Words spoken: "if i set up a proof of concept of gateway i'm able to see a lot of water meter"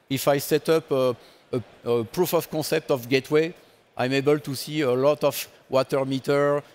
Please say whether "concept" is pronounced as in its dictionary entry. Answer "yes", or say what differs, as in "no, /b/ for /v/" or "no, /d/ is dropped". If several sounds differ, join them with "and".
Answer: no, /n/ is dropped